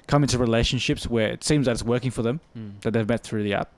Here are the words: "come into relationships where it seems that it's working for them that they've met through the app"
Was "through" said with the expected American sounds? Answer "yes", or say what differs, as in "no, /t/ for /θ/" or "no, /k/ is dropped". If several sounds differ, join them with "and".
yes